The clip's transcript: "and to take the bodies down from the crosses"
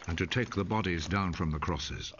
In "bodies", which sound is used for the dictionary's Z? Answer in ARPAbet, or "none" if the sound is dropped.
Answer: Z